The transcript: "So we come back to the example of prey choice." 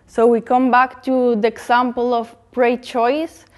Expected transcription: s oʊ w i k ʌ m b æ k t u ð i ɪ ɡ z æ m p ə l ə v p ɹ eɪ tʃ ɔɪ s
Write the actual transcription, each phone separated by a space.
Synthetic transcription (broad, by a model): s oʊ w i k ʌ m b æ k t u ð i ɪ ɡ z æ m p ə l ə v p ɹ eɪ tʃ ɔɪ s